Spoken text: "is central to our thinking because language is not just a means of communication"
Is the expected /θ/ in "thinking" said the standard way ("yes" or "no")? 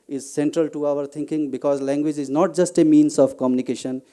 no